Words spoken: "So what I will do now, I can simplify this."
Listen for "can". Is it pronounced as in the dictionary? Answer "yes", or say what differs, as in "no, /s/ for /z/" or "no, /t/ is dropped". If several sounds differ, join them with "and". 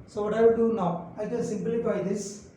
no, /l/ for /n/